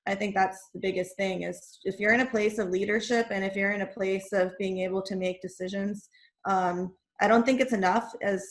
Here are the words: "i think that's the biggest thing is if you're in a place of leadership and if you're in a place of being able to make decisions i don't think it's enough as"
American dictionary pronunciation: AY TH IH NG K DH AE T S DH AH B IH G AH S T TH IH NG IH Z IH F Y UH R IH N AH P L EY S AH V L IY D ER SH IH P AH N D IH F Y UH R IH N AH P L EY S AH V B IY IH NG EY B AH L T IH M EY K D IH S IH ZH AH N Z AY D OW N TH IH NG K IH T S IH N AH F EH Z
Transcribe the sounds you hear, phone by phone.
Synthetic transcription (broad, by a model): AY TH IH NG K DH AE T S DH AH B IH G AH S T TH IH NG IH Z IH F Y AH R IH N AH P L EY S AH V L IY D ER SH IH P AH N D IH F Y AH R IH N AH P L EY S AH V B IY IH NG EY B L T IH M EY K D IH S IH ZH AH N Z AY D OW N TH IH NG K IH T S IH N AH F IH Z